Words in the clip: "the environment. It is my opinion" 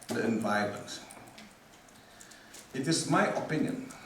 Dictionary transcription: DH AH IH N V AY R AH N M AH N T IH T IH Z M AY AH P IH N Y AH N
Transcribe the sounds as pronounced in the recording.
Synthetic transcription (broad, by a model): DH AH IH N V AY AH M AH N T IH T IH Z M AY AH P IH N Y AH N